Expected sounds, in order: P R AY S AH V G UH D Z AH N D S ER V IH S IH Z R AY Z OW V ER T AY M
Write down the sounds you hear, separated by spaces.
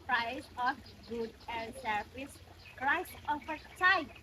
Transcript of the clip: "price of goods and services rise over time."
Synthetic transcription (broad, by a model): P R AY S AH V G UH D AH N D S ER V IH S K R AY S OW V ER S AY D